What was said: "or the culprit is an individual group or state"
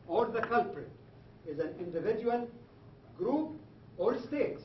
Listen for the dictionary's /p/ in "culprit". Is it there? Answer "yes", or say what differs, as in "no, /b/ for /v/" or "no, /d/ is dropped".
yes